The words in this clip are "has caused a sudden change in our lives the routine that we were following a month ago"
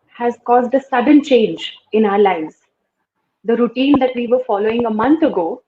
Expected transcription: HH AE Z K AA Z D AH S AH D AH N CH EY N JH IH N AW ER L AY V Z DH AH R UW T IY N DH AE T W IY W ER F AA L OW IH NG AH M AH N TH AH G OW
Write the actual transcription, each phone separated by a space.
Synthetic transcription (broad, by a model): HH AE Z K AA Z D AH S AH D AH N CH EY N JH IH N AW ER L AY V Z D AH R UW T IY N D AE T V IY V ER F AA L OW IH NG AH M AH N T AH G OW